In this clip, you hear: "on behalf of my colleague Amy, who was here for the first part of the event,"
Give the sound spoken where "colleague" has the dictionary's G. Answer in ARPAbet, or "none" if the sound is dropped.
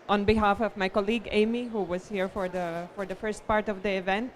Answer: G